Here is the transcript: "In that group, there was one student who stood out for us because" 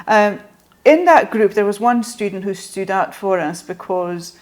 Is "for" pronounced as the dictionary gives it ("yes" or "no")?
yes